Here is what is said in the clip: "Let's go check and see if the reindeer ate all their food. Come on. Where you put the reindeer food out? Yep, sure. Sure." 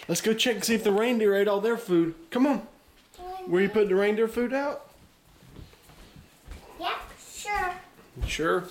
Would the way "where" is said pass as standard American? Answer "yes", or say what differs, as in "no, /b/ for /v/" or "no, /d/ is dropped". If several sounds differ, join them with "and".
no, /l/ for /ɹ/